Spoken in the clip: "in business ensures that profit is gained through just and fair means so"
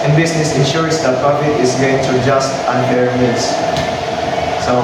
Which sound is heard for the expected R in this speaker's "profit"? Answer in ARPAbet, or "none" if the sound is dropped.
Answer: none